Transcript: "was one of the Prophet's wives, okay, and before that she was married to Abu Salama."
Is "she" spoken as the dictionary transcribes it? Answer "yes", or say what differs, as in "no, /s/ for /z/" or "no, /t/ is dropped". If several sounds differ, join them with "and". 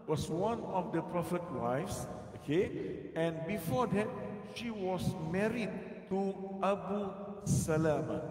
yes